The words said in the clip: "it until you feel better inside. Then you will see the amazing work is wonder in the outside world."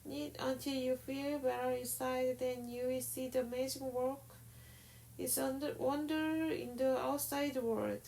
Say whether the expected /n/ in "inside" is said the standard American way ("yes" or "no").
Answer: no